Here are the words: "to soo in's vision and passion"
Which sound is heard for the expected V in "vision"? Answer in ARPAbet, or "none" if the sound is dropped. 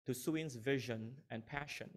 V